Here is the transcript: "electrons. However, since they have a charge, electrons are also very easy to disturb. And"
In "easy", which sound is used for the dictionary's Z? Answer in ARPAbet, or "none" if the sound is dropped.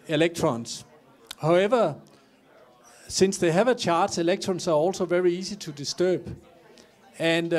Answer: S